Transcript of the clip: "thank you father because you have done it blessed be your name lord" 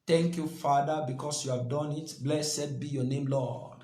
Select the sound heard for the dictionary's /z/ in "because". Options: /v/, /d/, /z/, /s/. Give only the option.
/s/